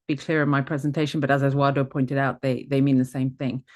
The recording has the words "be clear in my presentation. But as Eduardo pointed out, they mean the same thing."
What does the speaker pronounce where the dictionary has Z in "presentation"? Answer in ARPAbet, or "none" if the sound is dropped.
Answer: Z